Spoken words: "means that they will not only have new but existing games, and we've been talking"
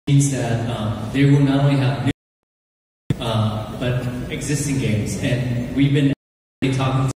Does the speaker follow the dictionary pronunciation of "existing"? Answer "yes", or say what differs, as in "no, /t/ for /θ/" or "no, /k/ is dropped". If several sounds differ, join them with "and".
yes